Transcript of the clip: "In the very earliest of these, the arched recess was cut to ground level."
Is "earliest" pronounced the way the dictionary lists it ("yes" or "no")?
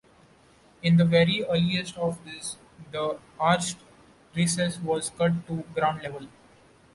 yes